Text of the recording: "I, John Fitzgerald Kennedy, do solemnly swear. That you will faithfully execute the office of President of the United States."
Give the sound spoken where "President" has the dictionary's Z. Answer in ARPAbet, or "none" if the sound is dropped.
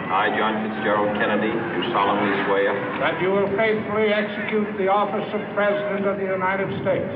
Z